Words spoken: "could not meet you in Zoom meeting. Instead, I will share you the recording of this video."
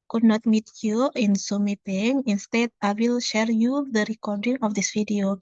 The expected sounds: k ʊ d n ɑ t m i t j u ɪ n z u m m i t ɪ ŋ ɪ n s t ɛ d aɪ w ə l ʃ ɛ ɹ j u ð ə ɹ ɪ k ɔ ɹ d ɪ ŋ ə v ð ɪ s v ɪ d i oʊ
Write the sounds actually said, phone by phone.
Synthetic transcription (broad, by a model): k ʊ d n ɑ t m i t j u ɪ n s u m m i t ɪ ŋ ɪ n s t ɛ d aɪ w ə l ʃ ɛ ɹ j u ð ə ɹ ɪ k ɔ ɹ d ɪ ŋ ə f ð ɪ s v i d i oʊ